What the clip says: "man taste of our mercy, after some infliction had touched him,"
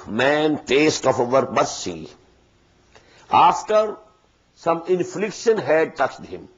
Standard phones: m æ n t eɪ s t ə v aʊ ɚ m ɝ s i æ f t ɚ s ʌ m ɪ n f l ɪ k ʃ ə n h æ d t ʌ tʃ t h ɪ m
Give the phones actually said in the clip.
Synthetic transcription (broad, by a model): m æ n t eɪ s t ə f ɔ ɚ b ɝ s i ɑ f t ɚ s ʌ m ɪ n f l ɪ k ʃ ə n h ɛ d t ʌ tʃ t h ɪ m